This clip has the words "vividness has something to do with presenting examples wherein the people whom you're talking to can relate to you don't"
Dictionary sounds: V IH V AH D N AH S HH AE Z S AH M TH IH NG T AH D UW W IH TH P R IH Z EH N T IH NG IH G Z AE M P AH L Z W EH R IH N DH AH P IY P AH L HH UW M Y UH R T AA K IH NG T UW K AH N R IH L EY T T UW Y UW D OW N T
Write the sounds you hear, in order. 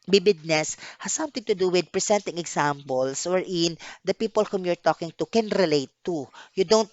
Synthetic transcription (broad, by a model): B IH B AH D N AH S HH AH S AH M T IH NG T AH D UW W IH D P R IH S EH N T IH NG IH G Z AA M P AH L S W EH R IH N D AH P IY P AH L HH UW M Y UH R T AA K IH NG T UW K AH N R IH L EY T T UW Y UW D OW N T